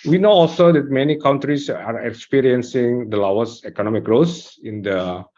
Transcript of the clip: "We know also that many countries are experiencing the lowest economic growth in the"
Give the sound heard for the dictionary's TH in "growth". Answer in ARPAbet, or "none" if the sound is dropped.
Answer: S